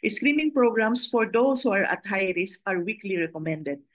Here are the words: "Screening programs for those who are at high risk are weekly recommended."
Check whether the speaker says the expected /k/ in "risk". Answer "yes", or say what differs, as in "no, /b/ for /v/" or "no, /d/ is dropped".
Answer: no, /k/ is dropped